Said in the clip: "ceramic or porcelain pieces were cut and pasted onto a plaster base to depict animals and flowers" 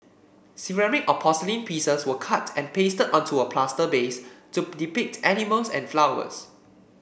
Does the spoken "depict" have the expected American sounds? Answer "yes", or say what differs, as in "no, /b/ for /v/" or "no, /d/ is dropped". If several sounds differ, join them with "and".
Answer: yes